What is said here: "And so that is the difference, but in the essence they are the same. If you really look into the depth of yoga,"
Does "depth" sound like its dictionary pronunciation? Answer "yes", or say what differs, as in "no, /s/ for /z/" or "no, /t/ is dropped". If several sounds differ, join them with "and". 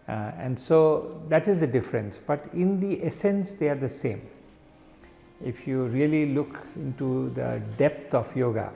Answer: no, /t/ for /θ/